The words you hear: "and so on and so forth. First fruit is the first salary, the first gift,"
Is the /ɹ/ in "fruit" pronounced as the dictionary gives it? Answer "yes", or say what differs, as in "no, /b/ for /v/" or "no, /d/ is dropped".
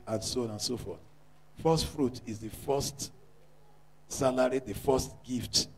yes